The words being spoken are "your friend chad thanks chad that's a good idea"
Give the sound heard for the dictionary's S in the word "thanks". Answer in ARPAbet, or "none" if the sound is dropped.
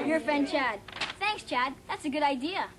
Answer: S